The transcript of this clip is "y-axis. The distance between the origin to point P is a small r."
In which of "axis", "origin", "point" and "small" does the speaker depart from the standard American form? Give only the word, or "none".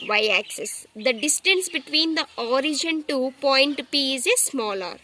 none